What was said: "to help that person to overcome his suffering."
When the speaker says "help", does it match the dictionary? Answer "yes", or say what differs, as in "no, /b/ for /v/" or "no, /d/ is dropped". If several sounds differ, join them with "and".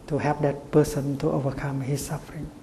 no, /l/ is dropped